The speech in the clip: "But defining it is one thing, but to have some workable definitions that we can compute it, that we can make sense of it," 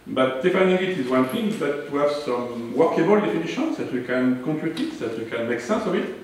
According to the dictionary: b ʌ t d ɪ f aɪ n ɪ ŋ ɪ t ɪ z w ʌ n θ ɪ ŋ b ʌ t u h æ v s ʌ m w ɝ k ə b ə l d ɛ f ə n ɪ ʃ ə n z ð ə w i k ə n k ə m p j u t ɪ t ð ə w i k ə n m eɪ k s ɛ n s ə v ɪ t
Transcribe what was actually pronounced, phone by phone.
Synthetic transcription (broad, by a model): b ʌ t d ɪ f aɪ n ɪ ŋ ɪ t ɪ z w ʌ n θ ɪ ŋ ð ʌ t u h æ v s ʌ m w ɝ k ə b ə l d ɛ f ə n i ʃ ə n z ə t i k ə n k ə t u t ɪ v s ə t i k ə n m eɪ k s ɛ s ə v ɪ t